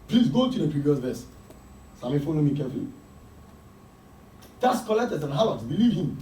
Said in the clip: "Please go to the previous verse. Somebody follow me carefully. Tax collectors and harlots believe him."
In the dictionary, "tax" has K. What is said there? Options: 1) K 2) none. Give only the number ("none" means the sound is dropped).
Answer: 2